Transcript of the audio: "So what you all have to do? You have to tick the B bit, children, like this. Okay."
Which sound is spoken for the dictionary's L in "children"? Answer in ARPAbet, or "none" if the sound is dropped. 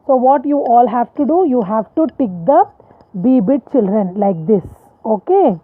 L